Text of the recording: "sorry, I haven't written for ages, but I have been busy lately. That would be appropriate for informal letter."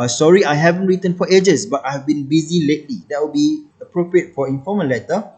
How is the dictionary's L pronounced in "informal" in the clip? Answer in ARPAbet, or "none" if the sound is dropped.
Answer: N